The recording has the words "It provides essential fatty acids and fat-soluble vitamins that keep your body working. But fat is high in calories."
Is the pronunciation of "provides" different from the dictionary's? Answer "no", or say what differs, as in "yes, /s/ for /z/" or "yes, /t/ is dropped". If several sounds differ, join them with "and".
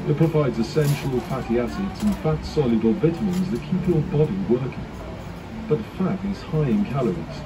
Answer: no